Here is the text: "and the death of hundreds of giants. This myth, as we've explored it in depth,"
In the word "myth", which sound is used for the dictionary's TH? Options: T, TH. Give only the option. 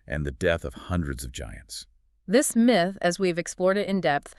TH